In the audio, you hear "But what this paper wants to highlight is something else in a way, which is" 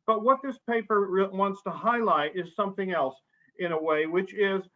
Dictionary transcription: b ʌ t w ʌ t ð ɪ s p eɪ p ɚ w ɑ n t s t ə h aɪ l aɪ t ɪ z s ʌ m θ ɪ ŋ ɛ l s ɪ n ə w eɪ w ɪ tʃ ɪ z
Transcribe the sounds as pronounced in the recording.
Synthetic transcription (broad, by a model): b ʌ t w ʌ t ð ɪ s p eɪ p ɚ w ɑ n t s t ə h aɪ l aɪ t ɪ z s ʌ m θ ɪ ŋ ɛ l s ɪ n ə w eɪ w ɪ tʃ ɪ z